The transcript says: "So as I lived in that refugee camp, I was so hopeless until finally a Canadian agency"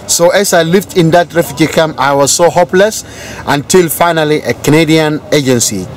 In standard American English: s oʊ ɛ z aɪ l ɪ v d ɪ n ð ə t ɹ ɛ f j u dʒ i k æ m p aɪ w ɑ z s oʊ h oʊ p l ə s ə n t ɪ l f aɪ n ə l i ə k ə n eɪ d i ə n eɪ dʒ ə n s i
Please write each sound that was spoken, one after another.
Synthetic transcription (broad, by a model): s oʊ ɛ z aɪ l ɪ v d ɪ n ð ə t ɹ ɛ f j u dʒ i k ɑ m aɪ w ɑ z s oʊ h oʊ p l ə s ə n t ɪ l f aɪ n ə l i ə k ə n eɪ d i ə n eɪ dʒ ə n s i